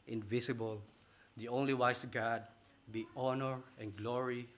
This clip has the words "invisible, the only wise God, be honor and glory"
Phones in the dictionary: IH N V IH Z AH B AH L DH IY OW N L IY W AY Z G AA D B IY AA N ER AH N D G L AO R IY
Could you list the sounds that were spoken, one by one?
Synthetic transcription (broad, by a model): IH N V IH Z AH B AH L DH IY OW N L IY W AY S G AA D B IY AA N ER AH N G L AO R IY